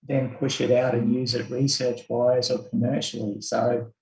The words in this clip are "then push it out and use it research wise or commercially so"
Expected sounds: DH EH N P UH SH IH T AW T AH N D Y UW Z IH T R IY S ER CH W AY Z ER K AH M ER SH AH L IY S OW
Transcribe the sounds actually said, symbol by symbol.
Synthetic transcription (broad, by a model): DH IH N P UH SH IH T AW T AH N Y UW Z IH T R IY S ER CH W AY Z ER K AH M ER SH L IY S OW